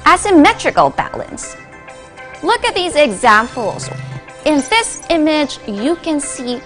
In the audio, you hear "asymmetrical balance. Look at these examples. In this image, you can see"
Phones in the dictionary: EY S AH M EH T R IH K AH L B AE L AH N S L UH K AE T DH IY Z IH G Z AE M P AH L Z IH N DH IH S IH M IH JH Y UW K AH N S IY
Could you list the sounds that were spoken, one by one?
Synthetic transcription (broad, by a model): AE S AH M EH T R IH K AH L B AE L AH N S L UH K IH T DH IY Z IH G Z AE M P L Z IH N DH IH S IH M IH JH Y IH K AH N S IY